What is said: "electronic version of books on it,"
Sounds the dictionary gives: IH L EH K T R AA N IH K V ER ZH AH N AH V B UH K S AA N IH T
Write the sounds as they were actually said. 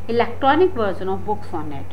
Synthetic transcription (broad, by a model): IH L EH K T R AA N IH K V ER Z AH N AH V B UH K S AA N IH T